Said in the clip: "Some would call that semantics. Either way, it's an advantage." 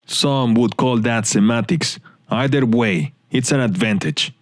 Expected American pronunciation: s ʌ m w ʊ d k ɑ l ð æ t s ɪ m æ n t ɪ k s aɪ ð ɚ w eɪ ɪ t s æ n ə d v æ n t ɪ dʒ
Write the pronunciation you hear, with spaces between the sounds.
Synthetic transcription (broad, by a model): s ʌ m w ʊ d k ɑ l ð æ t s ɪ m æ t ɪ k s aɪ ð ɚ w eɪ ɪ t s æ n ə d v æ n t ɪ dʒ